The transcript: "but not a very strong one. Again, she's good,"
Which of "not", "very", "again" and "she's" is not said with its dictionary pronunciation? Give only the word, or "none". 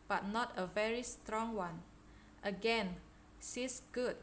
she's